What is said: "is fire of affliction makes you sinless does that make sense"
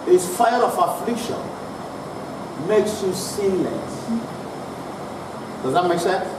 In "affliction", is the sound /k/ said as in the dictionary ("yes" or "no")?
yes